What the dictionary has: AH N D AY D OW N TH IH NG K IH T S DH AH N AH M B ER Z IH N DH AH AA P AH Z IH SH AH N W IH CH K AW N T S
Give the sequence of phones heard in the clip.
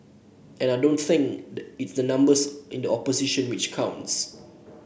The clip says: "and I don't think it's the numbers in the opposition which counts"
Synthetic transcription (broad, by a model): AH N AY D OW N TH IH NG K IH T S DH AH N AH M B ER S IH N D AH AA P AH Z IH SH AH N W IH CH K AW N T S